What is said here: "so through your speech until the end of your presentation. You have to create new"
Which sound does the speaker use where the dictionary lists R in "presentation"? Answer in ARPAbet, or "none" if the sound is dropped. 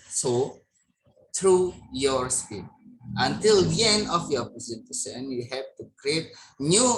none